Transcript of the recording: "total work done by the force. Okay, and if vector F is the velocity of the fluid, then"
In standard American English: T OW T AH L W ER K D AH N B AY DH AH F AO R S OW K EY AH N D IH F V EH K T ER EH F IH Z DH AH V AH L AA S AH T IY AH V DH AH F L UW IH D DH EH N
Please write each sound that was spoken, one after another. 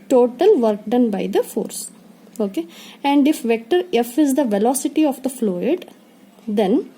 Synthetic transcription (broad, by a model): T OW T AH L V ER K D AH N B AY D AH F AO R S OW K EY AH N D IH F V EH K T ER EH F IH Z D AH V AH L AA S AH T IY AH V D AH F L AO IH D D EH N